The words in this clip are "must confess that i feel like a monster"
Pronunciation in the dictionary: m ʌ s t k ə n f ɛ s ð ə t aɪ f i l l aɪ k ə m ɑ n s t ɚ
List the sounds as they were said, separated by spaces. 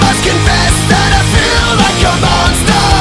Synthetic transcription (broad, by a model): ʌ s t k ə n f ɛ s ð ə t aɪ f i l l aɪ k ə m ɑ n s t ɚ